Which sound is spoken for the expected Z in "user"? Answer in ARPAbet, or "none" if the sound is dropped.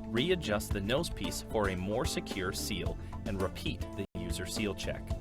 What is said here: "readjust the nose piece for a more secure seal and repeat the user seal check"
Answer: Z